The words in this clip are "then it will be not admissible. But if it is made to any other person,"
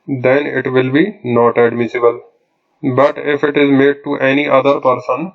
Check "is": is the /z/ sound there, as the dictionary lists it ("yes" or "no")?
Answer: yes